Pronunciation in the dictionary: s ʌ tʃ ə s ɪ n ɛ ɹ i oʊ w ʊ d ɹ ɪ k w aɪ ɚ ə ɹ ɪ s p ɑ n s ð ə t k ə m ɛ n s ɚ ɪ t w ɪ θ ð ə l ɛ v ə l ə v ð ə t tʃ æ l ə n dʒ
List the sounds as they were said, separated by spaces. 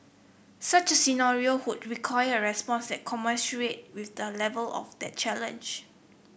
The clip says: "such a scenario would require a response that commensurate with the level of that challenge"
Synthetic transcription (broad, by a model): s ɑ tʃ ə s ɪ n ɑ ɹ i oʊ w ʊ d ɹ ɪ k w aɪ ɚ ə ɹ ɪ s p ɑ n s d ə t k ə m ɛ s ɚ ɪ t w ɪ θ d ə l ɛ v ə l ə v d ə t tʃ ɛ l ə n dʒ